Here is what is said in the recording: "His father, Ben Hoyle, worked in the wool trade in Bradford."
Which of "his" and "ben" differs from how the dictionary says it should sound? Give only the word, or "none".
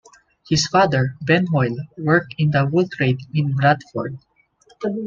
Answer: his